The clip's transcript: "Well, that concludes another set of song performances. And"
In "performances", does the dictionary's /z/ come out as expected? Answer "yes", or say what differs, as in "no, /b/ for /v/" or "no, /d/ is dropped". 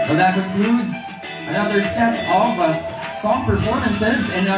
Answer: yes